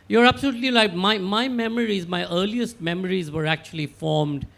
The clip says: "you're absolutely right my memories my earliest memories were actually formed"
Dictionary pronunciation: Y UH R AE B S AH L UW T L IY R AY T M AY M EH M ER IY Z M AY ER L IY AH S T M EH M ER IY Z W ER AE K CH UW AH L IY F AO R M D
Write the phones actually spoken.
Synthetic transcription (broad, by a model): Y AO R AE B S AH L UW T L IY L AY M M AY M EH M ER IY Z M AY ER L IY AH S T M EH M ER IY Z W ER AE K CH UW AH L IY F AO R M D